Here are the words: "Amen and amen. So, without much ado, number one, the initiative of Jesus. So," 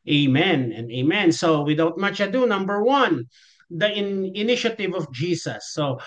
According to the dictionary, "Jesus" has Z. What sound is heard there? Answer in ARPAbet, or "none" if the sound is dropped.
S